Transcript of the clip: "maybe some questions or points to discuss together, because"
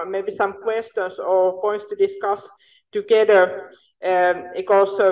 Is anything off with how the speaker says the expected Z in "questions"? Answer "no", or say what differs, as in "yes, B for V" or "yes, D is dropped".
yes, S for Z